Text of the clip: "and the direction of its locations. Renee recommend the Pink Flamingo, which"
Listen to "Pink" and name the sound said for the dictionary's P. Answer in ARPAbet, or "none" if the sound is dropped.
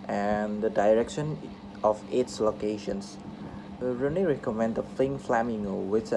F